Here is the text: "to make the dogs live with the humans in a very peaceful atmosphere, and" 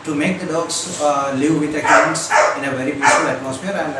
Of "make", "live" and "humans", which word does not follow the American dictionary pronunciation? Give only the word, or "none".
humans